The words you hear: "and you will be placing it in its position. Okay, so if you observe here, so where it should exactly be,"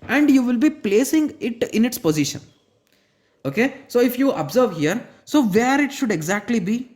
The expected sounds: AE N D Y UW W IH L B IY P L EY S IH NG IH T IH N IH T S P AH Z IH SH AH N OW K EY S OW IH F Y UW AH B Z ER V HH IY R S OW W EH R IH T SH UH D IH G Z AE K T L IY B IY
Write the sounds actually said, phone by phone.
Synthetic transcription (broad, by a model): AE N D Y UW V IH L B IY P L EY S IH NG IH T IH N IH T S P AH Z IH SH AH N OW K EY S OW IH F Y UW AH B Z ER V HH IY R S OW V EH R IH T SH UH D IH G Z AE K T L IY B IY